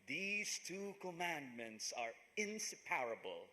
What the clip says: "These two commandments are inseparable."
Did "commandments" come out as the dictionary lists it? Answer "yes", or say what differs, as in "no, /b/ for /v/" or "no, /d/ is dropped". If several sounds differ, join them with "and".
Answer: yes